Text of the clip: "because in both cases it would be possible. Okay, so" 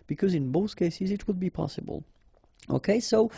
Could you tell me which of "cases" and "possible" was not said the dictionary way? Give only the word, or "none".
none